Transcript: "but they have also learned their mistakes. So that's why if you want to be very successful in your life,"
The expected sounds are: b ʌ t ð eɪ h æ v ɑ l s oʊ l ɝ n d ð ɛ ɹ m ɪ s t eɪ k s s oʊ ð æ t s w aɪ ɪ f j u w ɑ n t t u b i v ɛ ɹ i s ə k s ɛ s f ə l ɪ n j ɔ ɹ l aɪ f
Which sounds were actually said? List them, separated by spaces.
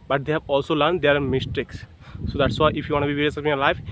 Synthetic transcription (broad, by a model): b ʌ t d eɪ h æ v ɑ l s oʊ l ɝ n d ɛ ɹ m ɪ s t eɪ k s s oʊ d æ t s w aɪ ɪ f j u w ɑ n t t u b i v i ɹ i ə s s ə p ɪ n j ɔ ɹ l aɪ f